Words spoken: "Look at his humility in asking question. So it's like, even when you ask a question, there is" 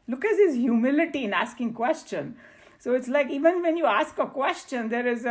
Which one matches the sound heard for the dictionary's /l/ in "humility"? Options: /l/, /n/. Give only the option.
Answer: /l/